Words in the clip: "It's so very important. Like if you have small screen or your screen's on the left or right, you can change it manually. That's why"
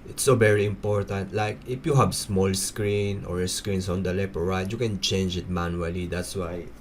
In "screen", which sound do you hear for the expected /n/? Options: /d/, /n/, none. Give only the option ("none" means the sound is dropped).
/n/